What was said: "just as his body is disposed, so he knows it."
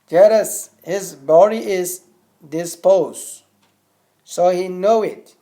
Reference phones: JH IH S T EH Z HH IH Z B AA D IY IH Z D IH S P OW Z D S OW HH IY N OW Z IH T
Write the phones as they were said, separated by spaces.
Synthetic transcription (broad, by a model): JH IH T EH S HH IH Z B AA D IY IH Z D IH S P OW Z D S OW HH IY N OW IH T